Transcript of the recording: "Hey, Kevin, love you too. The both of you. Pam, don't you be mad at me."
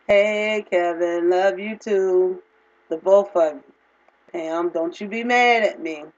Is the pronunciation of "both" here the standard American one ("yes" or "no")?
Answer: no